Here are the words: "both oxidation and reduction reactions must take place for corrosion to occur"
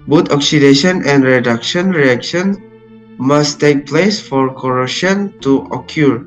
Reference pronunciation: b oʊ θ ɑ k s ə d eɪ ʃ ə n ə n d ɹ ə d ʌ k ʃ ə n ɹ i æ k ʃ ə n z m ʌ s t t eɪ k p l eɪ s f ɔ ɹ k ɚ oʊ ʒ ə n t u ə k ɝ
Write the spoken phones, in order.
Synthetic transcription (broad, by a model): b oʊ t ɑ k s ə d eɪ ʃ ə n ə n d ɹ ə d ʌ k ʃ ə n ɹ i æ k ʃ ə n m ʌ s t t eɪ k p l eɪ s f ɔ ɹ k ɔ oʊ ʃ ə n t u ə k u